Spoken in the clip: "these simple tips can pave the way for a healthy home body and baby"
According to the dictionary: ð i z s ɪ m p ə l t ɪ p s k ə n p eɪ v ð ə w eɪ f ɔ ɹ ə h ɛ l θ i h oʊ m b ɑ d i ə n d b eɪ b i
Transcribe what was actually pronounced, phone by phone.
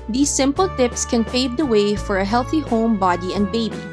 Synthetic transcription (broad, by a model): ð i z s ɪ m p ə l t ɪ p s k ə n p eɪ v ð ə w eɪ f ɔ ɹ ə h ɛ l θ i h oʊ m b ɑ d i ə n d b eɪ b i